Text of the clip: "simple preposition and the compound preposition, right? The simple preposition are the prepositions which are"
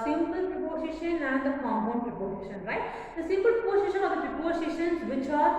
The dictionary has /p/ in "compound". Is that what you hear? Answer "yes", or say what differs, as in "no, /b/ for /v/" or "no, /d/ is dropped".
no, /p/ is dropped